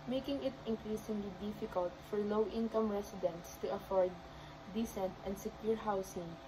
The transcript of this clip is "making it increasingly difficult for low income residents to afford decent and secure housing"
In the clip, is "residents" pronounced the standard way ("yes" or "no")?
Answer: no